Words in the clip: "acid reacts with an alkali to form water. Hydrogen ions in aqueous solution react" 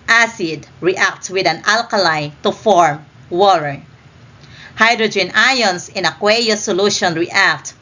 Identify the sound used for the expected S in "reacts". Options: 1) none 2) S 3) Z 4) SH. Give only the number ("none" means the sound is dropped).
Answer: 1